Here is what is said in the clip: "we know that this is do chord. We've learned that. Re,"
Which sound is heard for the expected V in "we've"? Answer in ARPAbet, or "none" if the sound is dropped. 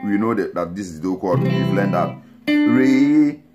B